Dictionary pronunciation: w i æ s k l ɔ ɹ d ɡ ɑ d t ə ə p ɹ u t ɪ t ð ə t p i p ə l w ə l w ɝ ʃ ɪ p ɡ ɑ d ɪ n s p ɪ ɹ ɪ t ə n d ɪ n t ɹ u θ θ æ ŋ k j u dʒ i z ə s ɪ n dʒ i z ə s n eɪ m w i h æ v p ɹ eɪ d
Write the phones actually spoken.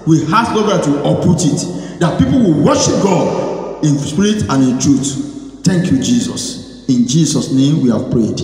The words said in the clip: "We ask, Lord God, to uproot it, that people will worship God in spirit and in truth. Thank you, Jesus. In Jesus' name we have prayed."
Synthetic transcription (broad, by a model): w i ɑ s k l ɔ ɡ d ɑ t ə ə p u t ɪ t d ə t p i p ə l w ə l w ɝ ʃ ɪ p ɡ ɑ d ɪ n s p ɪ ɹ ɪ t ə n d ɪ n t ɹ u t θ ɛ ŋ k j u dʒ i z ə s ɪ n dʒ i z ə s n eɪ m w i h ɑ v p ɹ eɪ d